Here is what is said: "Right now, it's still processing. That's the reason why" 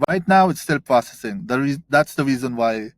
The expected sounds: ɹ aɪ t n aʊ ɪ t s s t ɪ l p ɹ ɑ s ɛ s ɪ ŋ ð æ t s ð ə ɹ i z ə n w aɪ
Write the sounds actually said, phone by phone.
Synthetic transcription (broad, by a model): ɹ aɪ t n aʊ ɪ t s s t ɪ l p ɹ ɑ s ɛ s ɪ ŋ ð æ t s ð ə ɹ i z ə n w aɪ